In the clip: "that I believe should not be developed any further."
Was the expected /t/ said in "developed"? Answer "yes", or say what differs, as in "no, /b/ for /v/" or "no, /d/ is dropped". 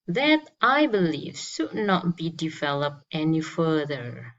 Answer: yes